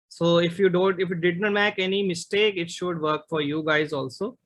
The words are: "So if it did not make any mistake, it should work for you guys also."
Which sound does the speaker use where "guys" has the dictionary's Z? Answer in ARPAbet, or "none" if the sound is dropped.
Z